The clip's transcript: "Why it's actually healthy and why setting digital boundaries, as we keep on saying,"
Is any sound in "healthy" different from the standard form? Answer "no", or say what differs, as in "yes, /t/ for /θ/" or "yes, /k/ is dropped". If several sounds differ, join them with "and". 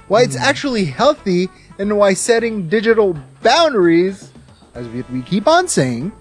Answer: no